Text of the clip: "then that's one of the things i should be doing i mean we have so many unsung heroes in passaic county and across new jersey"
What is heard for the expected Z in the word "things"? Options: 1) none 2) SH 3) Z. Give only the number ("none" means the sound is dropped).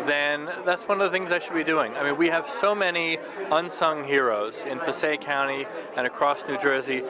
3